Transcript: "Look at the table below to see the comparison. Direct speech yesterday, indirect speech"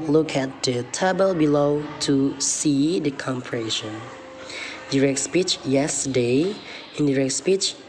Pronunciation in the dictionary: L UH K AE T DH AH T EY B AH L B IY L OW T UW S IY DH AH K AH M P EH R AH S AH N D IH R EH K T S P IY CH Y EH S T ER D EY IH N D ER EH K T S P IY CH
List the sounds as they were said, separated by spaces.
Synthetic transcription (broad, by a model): L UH K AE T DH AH T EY B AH L B IY L OW T UW S IY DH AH K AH M P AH R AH SH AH N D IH R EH K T S P IY CH Y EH S T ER D EY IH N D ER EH K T S P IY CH